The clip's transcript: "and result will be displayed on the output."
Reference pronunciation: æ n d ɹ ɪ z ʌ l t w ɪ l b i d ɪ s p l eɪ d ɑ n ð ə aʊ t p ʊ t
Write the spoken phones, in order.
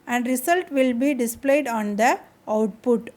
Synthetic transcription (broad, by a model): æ n d ɹ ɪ s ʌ l t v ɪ l b i d ɪ s p l eɪ d ɑ n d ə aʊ t p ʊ t